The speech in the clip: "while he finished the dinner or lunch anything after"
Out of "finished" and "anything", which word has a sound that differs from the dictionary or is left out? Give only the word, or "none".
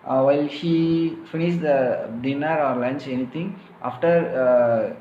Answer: anything